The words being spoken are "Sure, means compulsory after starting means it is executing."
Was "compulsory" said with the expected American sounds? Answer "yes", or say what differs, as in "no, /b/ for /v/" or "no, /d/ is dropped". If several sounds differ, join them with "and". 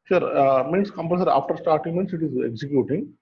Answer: no, /l/ is dropped